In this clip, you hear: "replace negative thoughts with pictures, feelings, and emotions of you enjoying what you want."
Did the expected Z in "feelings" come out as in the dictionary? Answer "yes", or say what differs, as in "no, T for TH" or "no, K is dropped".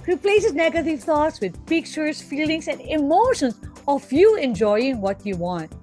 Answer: no, S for Z